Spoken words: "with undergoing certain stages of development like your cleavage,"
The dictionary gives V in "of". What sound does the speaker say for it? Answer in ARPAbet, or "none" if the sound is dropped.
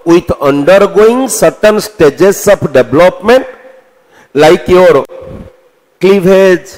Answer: P